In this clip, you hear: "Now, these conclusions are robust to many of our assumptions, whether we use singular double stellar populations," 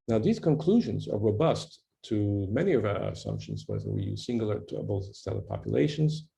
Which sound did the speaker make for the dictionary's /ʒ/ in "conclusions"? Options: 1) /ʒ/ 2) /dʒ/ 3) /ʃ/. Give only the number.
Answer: 1